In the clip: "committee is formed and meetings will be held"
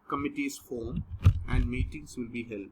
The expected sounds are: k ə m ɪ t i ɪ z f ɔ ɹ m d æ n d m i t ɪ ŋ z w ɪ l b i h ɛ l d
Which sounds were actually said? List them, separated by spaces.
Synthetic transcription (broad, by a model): k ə m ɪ t i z f ɔ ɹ m æ n d m i t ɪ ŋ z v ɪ l b i h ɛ l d